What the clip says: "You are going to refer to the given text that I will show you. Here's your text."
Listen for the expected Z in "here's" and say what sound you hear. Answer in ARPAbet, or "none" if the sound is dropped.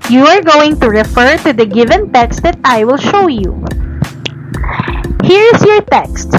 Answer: S